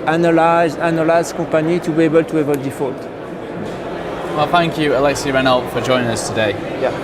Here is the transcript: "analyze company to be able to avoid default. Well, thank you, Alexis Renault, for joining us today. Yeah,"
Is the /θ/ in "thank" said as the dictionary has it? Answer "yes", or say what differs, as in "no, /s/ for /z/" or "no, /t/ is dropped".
yes